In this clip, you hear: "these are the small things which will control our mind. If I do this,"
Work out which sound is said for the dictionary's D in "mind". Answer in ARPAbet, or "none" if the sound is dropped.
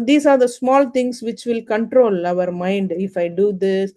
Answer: D